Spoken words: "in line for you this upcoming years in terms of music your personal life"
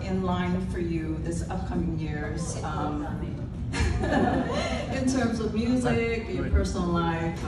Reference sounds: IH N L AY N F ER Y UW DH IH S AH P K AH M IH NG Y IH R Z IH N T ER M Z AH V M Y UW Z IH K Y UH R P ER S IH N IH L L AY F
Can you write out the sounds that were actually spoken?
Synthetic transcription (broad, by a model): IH N L AY N F ER Y UW DH IH S AH P K AH M IH NG Y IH R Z IH N T ER M Z AH V M Y UW Z IH K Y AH R P ER S N L L AY F